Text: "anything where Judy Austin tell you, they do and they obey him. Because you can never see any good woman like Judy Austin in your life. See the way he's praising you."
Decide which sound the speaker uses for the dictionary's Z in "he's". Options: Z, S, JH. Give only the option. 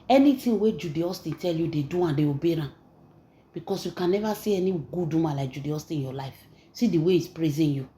S